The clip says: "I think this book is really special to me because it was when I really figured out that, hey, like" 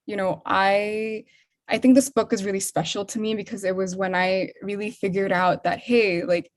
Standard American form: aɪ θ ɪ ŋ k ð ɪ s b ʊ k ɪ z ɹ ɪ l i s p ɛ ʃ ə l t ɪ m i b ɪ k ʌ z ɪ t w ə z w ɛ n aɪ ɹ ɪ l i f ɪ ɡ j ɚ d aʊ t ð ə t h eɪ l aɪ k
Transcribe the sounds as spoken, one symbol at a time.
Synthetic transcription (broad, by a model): aɪ θ ɪ ŋ k ð ɪ s b ʊ k ɪ z ɹ ɪ l i s p ɛ ʃ l t ɪ m i b ɪ k ʌ z ɪ t w ə z w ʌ n aɪ ɹ ɪ l i f ɪ ɡ j ɚ d aʊ t ð ə t h eɪ l aɪ k